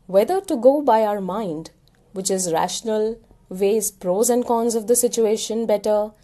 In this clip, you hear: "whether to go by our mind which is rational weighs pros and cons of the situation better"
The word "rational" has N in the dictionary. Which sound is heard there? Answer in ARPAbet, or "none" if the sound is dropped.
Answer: N